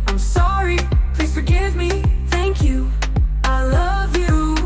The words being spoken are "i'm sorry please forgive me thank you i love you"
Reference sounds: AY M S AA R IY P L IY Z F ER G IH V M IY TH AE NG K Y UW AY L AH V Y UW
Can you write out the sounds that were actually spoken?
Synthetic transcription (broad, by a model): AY M S AA R IY P L IY Z F ER G IH V M IY TH AE NG K Y UW AY L AH V Y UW